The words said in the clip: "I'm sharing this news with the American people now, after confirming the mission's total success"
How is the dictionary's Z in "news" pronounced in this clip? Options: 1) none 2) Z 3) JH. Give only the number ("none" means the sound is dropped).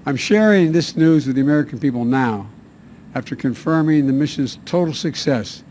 2